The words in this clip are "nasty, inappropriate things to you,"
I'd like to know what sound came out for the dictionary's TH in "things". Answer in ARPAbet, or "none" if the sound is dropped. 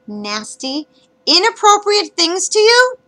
TH